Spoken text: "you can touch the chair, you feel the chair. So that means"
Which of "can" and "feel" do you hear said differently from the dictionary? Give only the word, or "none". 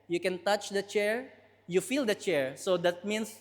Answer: none